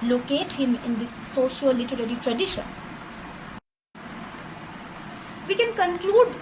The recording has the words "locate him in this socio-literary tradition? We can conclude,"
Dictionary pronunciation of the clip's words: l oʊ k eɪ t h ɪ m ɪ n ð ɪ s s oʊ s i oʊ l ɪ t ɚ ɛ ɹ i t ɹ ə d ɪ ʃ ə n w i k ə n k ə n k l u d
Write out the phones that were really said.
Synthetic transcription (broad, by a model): l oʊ k eɪ t h ɪ m ɪ n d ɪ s s oʊ ʃ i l l ɪ t ɚ ɛ ɹ i t ɹ ə d ɪ ʃ ə n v i k ə n k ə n k l u d